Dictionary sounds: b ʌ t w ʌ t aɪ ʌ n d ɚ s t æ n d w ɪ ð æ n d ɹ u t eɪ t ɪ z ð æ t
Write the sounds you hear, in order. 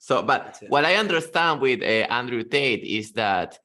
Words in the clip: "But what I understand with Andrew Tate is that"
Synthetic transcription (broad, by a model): b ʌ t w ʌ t aɪ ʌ n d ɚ s t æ n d w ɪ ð æ n d ɹ u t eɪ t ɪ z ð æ t